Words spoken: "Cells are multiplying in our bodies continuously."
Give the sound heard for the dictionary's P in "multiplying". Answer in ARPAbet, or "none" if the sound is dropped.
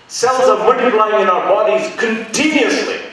none